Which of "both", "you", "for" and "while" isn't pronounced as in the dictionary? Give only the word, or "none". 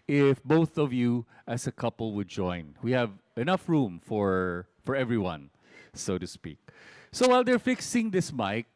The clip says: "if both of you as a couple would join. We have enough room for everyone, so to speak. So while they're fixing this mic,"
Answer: none